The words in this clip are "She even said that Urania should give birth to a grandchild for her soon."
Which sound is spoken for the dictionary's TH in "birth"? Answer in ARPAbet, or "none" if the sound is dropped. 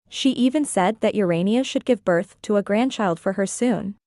TH